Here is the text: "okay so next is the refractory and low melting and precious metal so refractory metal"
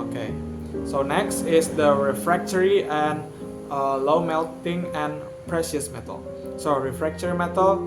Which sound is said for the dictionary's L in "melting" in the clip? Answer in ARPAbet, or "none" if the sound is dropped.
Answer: L